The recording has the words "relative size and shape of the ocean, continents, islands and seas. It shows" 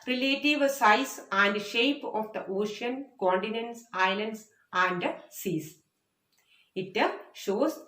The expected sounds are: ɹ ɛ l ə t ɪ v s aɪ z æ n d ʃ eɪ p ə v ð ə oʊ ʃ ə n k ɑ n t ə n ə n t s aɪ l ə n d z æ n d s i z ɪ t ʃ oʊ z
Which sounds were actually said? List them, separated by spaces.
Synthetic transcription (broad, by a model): ɹ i l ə t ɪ v s aɪ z æ n d ʃ eɪ p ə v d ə oʊ ʃ ə n k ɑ n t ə n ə n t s aɪ l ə n d s æ n d s i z ɪ t ʃ oʊ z